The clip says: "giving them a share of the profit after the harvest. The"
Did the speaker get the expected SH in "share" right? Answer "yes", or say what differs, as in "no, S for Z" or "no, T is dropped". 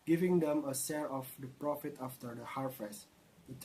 no, S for SH